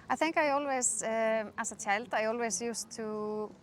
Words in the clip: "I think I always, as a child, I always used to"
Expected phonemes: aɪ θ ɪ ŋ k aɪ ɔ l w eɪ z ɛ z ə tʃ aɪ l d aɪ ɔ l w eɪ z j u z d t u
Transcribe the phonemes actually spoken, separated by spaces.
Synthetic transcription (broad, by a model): aɪ θ ɪ ŋ k aɪ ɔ l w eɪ s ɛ s ə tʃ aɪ l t aɪ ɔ l w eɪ s j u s t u